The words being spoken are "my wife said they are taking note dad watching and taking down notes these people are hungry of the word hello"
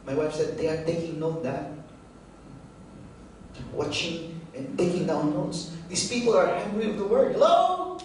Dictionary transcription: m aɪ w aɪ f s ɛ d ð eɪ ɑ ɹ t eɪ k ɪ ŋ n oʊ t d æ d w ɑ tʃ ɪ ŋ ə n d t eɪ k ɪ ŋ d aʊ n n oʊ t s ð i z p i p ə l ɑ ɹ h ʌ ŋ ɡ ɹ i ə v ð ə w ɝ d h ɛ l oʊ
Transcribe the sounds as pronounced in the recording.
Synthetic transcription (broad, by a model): m aɪ w aɪ f s ɛ d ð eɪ ɑ ɹ t eɪ k ɪ ŋ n oʊ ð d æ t w ɑ tʃ ɪ ŋ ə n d t eɪ k ɪ ŋ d aʊ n n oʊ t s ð i s p i p ə l ɑ ɹ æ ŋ ɡ ɹ i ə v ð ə w ɝ d l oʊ